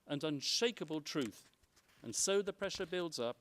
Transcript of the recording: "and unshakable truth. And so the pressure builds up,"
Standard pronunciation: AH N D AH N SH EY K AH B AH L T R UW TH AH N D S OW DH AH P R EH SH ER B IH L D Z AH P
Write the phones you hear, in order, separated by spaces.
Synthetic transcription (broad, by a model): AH N AH N SH EY K AH B AH L T R UW TH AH N S OW DH AH P R EH SH ER B IH L D Z AH P